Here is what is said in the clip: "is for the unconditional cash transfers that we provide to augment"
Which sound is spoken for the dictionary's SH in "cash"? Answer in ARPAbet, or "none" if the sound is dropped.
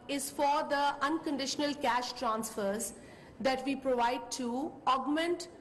SH